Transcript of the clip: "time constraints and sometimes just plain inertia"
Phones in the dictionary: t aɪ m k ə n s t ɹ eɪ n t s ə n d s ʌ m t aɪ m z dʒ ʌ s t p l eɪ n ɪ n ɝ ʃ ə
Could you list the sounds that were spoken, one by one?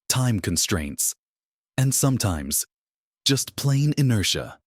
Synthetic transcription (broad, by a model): t aɪ m k ə n s t ɹ eɪ n t s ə n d s ʌ m t aɪ m z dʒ ʌ s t p l eɪ n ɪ n ɝ ʃ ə